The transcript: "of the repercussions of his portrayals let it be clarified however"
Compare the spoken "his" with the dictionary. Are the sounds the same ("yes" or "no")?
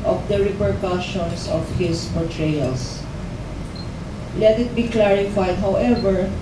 no